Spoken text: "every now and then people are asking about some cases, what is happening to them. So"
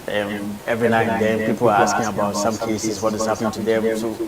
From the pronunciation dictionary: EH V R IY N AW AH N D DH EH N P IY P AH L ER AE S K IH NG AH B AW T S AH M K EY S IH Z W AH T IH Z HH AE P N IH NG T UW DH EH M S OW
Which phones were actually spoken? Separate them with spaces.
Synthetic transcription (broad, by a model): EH V R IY N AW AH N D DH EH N P IY P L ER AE S K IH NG AH B AW T S AH M K EY S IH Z W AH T IH Z HH AE P N IH NG T UW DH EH M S OW